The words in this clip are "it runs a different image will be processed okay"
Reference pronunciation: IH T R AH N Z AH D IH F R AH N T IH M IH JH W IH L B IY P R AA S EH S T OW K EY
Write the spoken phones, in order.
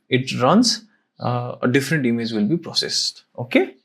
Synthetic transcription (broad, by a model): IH T R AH N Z AH D IH F R AH N T IH M IH JH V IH L B IY P R AA S EH S T OW K EY